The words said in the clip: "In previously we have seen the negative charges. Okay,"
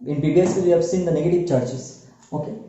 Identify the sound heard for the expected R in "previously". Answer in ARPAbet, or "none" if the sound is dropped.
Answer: none